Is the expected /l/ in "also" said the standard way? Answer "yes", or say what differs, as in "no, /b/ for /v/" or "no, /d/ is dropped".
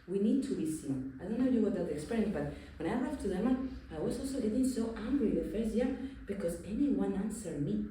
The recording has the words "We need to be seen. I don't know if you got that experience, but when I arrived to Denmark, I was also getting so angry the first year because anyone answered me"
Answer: yes